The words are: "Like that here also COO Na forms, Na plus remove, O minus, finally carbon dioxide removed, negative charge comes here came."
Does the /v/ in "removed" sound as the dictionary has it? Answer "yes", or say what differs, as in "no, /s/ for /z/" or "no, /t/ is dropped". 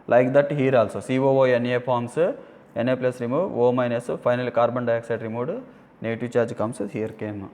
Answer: no, /v/ is dropped